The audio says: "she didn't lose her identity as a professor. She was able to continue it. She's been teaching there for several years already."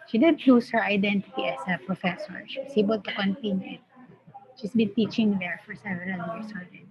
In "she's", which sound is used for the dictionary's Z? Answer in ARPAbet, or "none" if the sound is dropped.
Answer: S